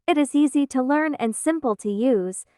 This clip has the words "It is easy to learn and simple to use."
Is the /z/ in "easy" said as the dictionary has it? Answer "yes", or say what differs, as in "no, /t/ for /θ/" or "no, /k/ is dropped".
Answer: yes